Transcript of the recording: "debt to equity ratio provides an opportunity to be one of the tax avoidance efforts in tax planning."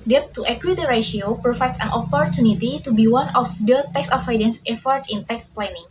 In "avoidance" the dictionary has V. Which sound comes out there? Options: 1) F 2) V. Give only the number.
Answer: 1